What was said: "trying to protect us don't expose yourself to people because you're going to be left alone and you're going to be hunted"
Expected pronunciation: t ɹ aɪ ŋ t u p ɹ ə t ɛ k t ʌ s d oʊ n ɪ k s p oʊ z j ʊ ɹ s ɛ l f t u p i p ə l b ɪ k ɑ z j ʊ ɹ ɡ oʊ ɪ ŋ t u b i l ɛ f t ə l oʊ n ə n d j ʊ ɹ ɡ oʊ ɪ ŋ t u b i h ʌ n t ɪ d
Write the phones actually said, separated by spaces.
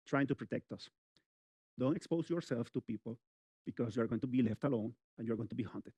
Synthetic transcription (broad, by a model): t ɹ aɪ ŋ t u p ɹ ə t ɛ k t ʌ s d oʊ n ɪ k s p oʊ s j ʊ ɹ s ɛ l f t u p i p ə l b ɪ k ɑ s j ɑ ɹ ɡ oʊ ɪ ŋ t u b i l ɛ f t ə l oʊ n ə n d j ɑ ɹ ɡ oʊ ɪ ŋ t u b i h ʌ n t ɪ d